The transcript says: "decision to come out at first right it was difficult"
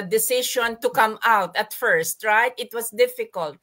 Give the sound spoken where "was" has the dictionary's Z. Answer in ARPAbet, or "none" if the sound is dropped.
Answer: S